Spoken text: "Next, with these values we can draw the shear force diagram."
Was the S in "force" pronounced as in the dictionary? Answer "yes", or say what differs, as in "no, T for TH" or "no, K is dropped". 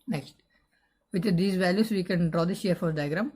no, S is dropped